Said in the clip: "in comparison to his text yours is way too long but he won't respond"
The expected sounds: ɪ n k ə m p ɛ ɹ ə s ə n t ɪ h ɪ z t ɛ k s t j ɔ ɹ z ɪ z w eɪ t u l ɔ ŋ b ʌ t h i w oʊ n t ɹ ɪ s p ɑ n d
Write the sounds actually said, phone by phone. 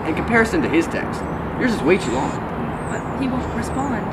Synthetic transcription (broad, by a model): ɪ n k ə m p ɛ ɹ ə s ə n t ɪ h ɪ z t ɛ k s t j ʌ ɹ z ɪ s w eɪ t u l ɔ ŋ b ʌ t h i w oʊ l ɹ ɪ s p ɑ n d